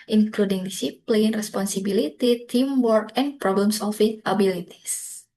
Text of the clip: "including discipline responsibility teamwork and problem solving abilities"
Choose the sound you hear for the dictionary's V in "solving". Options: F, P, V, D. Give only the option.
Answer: F